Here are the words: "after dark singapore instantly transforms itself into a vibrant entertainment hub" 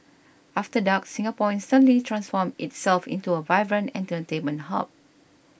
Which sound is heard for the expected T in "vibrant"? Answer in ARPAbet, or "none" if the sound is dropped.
none